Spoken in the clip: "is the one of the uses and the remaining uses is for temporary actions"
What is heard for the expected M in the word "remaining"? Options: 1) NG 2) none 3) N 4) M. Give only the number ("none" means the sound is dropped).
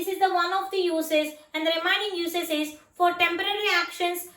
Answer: 2